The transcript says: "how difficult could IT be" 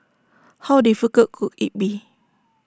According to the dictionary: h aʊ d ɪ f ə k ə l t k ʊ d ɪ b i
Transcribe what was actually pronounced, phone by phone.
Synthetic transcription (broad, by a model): h aʊ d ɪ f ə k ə t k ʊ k ɪ b i